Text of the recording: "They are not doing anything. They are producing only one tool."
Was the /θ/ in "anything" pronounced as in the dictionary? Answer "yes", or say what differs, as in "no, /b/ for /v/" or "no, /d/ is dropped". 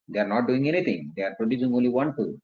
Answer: no, /t/ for /θ/